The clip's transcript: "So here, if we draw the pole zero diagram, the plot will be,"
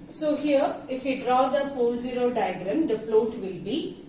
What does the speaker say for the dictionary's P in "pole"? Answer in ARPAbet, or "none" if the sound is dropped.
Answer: F